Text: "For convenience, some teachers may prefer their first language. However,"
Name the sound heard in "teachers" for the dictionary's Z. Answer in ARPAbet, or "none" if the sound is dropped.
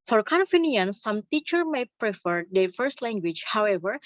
none